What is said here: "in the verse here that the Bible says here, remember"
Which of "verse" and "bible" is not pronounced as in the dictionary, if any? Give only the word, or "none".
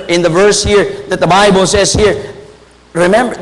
none